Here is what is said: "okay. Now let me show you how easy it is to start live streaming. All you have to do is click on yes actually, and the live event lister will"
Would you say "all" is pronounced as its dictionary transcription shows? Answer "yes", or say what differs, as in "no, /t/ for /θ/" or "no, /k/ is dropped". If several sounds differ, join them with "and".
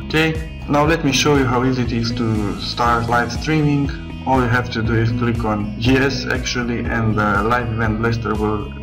yes